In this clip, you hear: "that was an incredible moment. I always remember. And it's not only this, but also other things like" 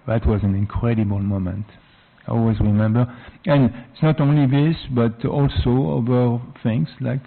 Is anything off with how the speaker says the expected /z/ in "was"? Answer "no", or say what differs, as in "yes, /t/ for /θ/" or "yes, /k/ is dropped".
no